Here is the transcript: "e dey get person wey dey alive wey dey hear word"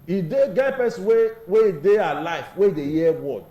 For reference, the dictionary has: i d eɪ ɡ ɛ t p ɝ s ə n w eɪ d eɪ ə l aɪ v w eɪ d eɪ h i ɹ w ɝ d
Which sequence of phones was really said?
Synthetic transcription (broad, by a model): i d eɪ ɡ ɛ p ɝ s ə w eɪ d eɪ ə l aɪ f w eɪ d eɪ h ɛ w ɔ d